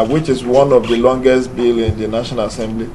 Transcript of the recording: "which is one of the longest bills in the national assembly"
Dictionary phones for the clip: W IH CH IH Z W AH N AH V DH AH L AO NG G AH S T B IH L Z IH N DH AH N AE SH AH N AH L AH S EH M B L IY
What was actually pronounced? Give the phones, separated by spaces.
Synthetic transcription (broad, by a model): W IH CH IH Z W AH N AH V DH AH L AO NG G AH S T B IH L IH N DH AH N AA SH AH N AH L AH S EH M B L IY